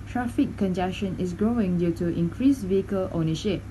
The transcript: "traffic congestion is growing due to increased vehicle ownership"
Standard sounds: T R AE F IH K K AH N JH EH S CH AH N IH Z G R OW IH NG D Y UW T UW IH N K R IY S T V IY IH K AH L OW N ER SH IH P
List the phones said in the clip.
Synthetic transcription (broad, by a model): T R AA F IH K K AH N JH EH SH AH N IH S G R OW IH NG D Y UW T UW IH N K R IY S V IY IH K AH L OW N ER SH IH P